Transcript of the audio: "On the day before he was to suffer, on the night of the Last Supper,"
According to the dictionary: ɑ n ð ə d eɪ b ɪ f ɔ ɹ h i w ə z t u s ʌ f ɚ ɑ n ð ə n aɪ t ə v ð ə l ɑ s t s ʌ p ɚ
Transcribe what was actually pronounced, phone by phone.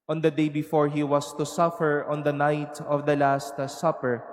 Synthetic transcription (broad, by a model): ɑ n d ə d eɪ b ɪ f ɔ ɹ h i w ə s t u s ʌ f ɚ ɑ n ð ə n aɪ t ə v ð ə l ɑ s t s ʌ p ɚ